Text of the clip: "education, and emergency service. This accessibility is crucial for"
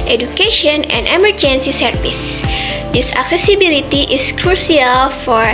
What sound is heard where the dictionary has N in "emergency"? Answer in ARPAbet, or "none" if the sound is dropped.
N